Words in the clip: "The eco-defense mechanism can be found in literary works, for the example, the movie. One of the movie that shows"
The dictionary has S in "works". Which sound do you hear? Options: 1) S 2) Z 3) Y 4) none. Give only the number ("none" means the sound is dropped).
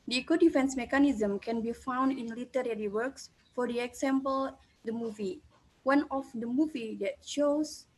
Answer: 1